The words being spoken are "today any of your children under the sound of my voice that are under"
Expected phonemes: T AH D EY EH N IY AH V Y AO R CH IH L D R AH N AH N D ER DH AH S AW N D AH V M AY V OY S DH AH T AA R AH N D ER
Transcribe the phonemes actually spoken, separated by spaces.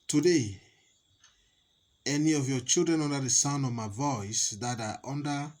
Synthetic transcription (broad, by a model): T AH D EY EH N IY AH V Y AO CH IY L D R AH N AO N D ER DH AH S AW N AH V M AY V OY S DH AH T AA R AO N D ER